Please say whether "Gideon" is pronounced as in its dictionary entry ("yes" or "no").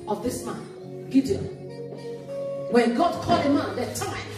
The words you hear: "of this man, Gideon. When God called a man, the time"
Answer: no